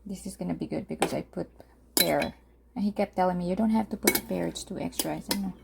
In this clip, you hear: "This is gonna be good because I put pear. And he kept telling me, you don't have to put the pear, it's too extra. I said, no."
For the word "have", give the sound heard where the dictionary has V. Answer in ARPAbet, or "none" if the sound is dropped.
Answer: F